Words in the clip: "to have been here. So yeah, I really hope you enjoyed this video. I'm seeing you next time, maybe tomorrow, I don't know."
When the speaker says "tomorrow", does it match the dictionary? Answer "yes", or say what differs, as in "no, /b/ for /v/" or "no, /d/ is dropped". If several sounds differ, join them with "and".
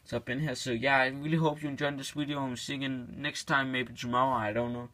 no, /ɹ/ is dropped